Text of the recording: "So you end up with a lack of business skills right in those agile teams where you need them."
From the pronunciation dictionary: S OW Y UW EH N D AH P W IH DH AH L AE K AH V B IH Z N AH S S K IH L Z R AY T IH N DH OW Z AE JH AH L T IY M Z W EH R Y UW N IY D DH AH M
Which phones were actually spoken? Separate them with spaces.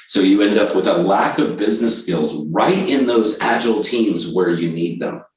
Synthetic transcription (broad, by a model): S OW Y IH EH N D AH P W IH DH AH L AE K AH V B IH Z N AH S S K IH L Z R AY T IH N DH OW Z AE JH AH L T IY M Z W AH R Y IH N IY D DH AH M